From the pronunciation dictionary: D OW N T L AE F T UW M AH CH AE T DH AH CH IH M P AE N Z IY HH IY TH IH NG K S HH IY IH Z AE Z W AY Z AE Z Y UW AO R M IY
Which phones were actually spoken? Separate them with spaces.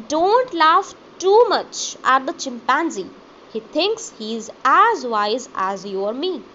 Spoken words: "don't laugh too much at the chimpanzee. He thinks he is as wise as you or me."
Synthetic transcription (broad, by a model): D OW N T L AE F T UW M AH CH AE T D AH CH IH M P AE N Z IY HH IY T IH NG K S HH IY IH Z AE Z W AY Z AE Z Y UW AO R M IY